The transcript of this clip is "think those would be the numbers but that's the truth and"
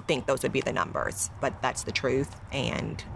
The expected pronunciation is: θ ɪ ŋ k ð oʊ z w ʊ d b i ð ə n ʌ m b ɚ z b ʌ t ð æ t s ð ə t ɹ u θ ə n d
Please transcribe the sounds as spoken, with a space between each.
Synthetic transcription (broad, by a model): θ ɪ ŋ k ð oʊ z w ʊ d b i ð ə n ʌ m b ɚ z b ʌ t ð æ t s ð ə t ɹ u θ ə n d